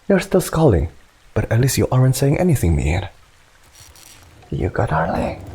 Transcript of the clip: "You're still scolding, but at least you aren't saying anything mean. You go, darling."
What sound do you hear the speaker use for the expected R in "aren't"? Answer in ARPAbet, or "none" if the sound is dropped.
R